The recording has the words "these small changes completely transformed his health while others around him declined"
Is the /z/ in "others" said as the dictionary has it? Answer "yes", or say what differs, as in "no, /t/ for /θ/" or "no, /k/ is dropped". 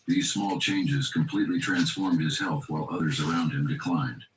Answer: yes